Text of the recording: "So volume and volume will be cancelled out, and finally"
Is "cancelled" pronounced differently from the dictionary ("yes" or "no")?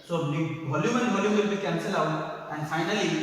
yes